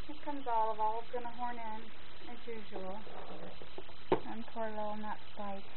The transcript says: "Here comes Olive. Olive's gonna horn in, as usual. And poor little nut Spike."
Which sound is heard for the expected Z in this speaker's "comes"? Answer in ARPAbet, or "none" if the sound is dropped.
Z